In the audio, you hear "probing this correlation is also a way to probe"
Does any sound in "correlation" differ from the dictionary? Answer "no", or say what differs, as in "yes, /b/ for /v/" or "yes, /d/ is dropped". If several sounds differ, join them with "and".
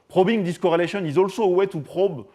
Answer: no